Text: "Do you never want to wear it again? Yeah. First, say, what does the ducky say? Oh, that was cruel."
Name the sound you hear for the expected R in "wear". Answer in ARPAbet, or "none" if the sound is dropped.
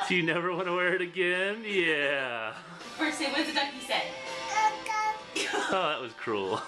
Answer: R